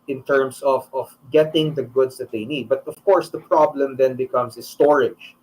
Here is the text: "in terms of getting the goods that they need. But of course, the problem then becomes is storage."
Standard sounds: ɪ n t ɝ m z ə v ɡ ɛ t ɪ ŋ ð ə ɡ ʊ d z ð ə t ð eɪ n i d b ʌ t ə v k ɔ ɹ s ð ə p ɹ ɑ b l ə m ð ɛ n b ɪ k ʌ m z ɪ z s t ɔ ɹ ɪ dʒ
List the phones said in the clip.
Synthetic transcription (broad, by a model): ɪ n t ɝ m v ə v ɡ ɛ t ɪ ŋ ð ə ɡ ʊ d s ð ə t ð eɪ n i d b ʌ t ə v k ɔ ɹ s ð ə p ɹ ɑ b l ə m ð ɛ n b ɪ k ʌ m s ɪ s t ɔ ɹ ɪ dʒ